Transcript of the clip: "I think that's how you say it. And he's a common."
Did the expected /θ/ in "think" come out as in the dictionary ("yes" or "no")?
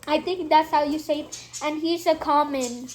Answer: no